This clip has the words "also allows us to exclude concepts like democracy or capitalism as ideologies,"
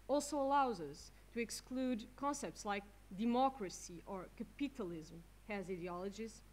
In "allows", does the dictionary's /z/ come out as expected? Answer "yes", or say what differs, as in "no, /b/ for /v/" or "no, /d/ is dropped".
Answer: yes